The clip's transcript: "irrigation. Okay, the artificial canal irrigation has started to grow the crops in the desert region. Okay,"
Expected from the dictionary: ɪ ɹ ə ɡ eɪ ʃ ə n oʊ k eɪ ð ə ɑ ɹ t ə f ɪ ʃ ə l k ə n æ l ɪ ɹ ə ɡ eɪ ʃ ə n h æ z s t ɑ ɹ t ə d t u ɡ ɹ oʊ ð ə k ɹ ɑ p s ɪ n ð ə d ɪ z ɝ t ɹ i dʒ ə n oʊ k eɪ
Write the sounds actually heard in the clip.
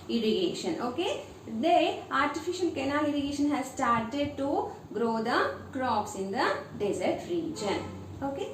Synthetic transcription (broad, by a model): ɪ ɹ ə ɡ eɪ ʃ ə n oʊ k eɪ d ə ɑ ɹ t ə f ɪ ʃ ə l k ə n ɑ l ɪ ɹ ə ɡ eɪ ʃ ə n h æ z s t ɑ ɹ t ə d t u ɡ ɹ oʊ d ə k ɹ ɑ p s ɪ n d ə d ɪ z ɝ t ɹ i dʒ ə n oʊ k eɪ